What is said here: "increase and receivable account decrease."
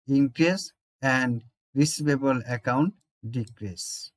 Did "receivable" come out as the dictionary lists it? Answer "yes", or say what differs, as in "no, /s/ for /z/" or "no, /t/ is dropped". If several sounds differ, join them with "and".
no, /b/ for /v/